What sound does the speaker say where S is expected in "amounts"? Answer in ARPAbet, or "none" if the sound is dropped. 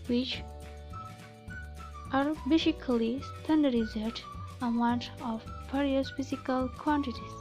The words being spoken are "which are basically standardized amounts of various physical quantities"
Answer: none